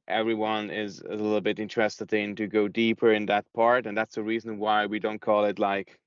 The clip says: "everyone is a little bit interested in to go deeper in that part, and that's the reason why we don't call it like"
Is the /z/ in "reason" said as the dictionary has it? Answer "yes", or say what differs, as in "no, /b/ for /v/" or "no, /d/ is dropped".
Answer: yes